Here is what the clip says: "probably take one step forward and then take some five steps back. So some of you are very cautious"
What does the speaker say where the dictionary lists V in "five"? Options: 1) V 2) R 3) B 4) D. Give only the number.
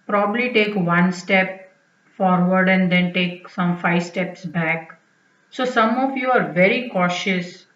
1